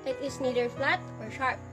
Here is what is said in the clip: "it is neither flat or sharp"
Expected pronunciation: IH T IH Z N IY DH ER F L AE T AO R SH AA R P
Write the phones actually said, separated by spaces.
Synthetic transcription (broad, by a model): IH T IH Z N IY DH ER F L AE T AO R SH AA R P